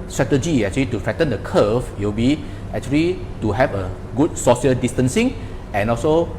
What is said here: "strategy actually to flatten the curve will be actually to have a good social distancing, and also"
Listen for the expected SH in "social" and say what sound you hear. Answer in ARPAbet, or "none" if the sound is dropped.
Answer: S